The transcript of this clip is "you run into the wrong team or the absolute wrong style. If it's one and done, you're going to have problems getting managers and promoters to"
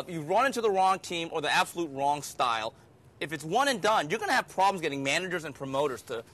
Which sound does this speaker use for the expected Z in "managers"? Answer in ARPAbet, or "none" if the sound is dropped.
Z